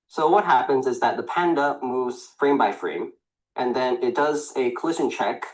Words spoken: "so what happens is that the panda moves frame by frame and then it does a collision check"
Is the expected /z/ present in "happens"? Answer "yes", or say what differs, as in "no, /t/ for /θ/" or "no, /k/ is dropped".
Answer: yes